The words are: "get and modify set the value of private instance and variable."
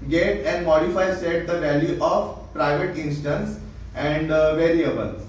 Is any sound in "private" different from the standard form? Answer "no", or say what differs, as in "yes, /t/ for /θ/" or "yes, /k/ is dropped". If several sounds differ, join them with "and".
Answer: no